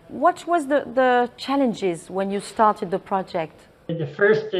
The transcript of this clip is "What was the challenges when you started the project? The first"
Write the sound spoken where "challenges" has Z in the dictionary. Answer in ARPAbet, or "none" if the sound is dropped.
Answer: Z